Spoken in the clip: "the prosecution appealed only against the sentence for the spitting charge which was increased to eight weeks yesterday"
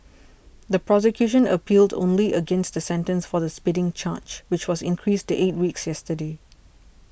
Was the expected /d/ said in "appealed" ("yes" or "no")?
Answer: yes